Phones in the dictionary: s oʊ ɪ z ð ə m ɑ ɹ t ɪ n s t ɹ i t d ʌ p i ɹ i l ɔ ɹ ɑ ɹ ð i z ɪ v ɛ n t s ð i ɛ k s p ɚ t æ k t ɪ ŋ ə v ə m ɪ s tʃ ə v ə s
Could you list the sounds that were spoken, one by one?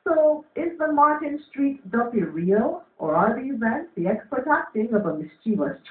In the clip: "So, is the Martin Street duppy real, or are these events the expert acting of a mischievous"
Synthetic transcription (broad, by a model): s oʊ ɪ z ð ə m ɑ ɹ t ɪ n s t ɹ i t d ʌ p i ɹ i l ɔ ɹ ɑ ɹ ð i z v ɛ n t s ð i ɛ k s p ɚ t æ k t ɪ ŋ ə v ə m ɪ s tʃ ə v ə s